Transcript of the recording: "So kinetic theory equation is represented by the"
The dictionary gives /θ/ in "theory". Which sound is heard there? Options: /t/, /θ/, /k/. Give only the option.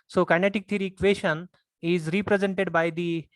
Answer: /t/